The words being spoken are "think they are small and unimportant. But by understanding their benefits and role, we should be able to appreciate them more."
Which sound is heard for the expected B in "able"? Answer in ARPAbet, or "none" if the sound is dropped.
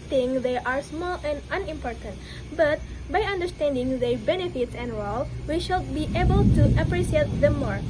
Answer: B